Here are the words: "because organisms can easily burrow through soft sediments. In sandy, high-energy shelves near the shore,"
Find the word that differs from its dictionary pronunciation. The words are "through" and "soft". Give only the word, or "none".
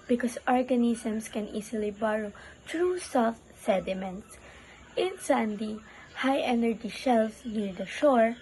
through